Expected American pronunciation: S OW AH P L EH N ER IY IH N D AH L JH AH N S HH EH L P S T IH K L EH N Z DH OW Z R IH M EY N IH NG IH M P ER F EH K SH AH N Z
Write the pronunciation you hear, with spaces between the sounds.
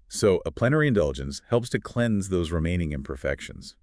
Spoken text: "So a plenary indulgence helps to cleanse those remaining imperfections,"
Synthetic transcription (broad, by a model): S OW AH P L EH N ER IY IH N D AH L JH AH N S HH EH L P S T IH K L EH N Z DH OW Z R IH M EY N IH NG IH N P ER F EH K SH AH N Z